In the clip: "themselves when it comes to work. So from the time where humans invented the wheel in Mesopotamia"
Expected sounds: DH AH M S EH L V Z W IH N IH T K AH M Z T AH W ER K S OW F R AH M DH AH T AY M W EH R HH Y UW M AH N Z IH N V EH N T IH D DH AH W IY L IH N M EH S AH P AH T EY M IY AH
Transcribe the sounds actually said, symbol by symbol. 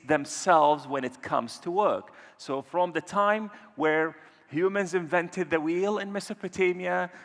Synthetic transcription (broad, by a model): DH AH M S EH L V Z W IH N IH T K AH M Z T AH W ER K S OW F R AH M DH AH T AY M W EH R HH Y UW M AH N Z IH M V EH N T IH D DH AH W IY L IH N M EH S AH P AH T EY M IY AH